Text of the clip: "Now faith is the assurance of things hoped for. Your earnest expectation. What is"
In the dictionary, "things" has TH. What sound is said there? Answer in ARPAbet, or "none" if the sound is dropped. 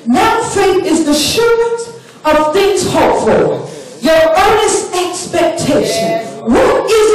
TH